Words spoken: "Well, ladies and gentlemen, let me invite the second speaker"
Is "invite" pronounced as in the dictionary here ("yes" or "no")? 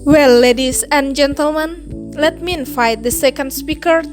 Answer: no